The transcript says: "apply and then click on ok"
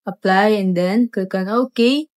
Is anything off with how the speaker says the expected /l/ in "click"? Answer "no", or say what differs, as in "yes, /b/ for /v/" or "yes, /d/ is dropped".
yes, /l/ is dropped